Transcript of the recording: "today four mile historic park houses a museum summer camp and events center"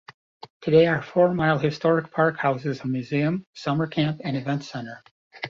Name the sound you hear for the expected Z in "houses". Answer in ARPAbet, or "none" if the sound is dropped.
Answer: Z